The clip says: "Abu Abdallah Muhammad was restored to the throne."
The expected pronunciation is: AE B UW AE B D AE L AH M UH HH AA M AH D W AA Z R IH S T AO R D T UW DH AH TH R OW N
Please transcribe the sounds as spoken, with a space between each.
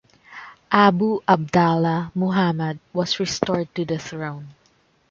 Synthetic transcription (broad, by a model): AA B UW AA B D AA L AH M UH HH AA M AH D W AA S R IH S T AO R D T UW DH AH TH R OW N